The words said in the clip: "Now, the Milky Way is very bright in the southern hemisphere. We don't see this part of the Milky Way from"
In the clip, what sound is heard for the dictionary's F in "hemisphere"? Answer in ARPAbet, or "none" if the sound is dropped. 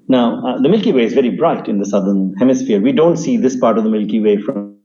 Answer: F